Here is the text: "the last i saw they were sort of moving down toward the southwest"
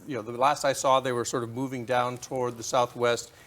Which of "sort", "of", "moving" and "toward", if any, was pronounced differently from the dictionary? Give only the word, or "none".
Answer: none